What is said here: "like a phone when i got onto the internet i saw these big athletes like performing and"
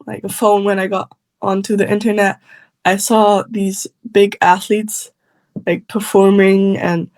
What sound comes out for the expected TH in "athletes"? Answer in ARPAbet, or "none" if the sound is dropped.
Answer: TH